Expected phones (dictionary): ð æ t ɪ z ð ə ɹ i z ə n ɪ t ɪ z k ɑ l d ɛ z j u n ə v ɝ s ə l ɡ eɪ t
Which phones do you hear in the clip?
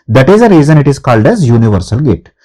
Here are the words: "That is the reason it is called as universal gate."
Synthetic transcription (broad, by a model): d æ t ɪ z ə ɹ i z ə n ɪ t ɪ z k ɑ l d ɛ z j u n ə v ɝ s ə l ɡ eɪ t